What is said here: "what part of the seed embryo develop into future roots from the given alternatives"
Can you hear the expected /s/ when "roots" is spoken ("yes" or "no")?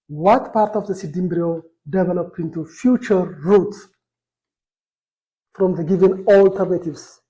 no